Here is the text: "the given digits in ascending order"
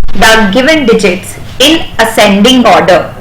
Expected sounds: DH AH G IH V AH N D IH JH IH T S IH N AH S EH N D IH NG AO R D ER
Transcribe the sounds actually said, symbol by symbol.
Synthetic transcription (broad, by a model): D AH G IH V AH N D IH JH IH T S IH N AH S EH N D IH NG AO R D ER